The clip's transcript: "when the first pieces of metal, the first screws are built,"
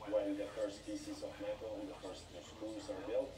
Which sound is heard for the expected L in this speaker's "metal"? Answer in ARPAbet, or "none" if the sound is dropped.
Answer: N